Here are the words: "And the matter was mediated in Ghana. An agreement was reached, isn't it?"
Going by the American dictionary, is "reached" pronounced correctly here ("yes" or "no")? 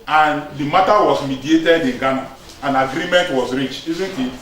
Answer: no